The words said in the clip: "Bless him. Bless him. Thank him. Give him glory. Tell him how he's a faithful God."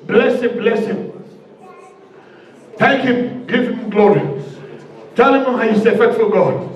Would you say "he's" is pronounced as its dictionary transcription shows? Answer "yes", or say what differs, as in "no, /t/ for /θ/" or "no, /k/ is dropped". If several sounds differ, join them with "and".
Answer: no, /s/ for /z/